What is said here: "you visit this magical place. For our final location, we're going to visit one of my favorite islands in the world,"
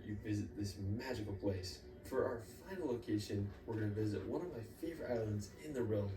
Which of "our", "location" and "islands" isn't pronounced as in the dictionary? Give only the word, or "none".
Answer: none